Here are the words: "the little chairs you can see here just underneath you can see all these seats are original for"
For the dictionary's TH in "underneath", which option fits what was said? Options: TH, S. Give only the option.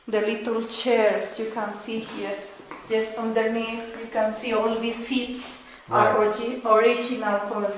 S